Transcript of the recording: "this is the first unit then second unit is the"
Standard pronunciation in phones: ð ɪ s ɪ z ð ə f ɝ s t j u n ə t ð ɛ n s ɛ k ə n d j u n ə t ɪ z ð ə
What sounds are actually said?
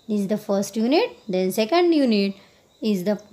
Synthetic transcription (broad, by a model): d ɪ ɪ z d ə f ɝ s t j u n ə t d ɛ n s ɛ k ə n d j u n ə t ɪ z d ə